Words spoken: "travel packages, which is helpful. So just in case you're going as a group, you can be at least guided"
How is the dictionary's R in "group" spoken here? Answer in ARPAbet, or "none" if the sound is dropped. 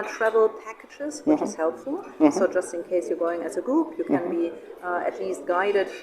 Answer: none